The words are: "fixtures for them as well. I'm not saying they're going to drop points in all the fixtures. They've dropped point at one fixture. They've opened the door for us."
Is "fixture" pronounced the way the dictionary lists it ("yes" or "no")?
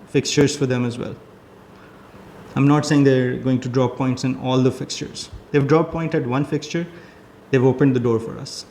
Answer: yes